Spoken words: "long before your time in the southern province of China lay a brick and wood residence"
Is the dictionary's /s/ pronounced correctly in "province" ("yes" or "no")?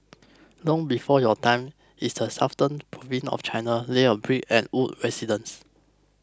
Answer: no